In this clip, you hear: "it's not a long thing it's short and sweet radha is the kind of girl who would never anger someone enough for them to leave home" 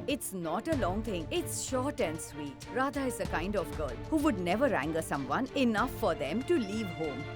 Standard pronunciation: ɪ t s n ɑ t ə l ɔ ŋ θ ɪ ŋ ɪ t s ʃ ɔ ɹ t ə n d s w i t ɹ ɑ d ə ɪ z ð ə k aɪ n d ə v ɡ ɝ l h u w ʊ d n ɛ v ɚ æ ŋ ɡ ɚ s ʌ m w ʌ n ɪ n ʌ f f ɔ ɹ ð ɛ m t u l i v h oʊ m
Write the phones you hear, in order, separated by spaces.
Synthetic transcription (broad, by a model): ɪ t s n ɑ t ə l ɔ ŋ t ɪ ŋ ɪ t s ʃ ɔ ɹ t ə n d s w i t ɹ ɑ d ə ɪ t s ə k aɪ n d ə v ɡ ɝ l h u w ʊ d n ɛ v ɚ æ ŋ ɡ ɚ s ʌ m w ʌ n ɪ n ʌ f f ɔ ɹ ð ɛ m t u l i v h oʊ m